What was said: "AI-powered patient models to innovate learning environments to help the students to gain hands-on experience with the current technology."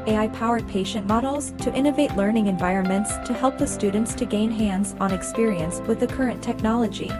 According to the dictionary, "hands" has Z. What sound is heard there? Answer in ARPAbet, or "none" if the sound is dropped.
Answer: Z